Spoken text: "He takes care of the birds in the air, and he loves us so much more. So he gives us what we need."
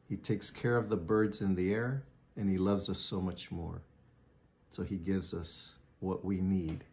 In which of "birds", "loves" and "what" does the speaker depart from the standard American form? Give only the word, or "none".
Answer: none